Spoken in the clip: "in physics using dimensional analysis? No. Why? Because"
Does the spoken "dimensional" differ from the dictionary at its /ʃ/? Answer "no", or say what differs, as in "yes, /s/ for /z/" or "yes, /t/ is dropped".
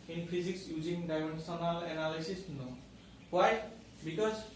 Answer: yes, /s/ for /ʃ/